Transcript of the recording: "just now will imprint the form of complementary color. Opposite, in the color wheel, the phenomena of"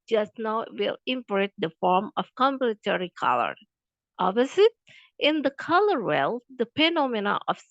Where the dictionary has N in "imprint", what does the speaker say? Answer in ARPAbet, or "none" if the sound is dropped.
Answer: none